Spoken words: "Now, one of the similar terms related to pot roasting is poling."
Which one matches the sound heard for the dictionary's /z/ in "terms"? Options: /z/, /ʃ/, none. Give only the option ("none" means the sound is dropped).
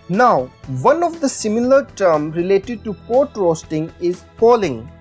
none